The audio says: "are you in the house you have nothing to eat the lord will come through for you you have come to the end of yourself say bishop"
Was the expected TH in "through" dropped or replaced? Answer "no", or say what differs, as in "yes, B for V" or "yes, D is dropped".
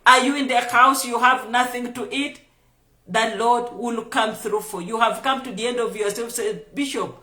no